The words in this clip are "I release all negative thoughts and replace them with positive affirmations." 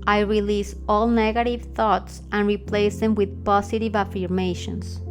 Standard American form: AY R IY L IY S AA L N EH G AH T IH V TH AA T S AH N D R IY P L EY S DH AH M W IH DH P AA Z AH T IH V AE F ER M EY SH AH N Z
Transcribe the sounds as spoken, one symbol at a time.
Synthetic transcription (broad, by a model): AY R IY L IY S AA L N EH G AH T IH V TH AA T S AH N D R IY P L EY S DH AH M W IH DH P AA S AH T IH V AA F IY M EY SH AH N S